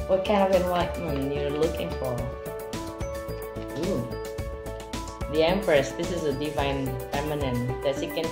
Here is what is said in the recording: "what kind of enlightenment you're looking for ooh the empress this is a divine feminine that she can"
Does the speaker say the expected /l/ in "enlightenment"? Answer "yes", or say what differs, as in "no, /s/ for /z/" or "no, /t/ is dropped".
no, /w/ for /l/